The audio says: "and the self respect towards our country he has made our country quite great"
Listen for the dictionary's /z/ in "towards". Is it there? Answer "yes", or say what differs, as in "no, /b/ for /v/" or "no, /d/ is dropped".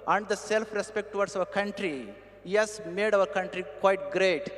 no, /s/ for /z/